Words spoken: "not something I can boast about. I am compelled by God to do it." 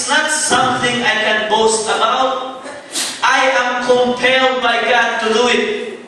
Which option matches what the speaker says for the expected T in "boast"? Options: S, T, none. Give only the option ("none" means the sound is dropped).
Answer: T